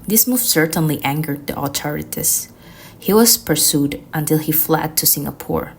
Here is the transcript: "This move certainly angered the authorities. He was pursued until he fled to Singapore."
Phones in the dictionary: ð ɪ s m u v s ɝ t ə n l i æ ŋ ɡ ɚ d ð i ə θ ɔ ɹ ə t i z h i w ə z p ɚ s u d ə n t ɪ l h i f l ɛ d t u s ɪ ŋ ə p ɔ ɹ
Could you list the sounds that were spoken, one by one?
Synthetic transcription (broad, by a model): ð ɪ s m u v s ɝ t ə n l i æ ŋ ɡ ɚ d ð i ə t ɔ ɹ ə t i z h i w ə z p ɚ s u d ə n t ɪ l h i f l ɛ d t u s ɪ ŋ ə p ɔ ɹ